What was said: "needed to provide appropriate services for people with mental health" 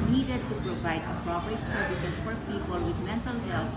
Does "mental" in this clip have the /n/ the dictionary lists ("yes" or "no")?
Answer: yes